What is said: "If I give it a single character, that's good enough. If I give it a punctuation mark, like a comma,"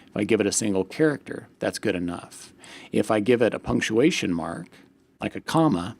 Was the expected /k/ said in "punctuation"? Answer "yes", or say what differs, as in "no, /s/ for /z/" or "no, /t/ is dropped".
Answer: yes